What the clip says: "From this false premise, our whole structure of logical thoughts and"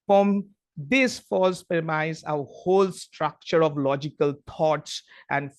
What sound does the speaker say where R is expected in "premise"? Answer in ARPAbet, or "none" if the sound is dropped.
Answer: none